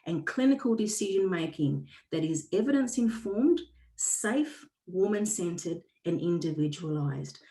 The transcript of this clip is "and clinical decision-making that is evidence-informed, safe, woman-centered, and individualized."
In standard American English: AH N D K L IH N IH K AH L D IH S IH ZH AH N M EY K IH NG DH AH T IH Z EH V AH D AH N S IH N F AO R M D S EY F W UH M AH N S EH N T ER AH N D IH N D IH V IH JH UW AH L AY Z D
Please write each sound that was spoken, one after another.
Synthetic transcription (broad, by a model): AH N K L IH N IH K AH L D IH S IH ZH AH N M EY K IH NG DH AH T IH Z EH V AH D AH N S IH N F AO R M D S EY F W UH M AH N S EH N T ER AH N IH N D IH V IH JH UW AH L AY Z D